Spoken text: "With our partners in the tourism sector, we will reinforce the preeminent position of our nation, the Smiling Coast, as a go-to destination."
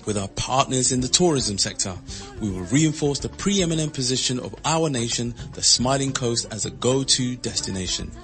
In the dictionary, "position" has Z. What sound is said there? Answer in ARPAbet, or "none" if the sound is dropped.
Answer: Z